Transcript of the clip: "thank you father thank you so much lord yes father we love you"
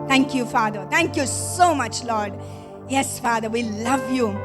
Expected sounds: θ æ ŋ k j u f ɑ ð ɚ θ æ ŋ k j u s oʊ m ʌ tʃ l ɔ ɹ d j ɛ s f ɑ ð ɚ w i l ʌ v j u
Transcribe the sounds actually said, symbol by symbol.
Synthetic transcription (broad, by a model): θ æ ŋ k j u f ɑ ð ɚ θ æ ŋ k j u s oʊ m ʌ tʃ l ɔ ɹ d j ɛ s f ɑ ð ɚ w i l ʌ v j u